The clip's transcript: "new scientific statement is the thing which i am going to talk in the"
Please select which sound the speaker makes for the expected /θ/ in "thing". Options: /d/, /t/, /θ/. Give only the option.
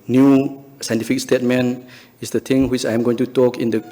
/t/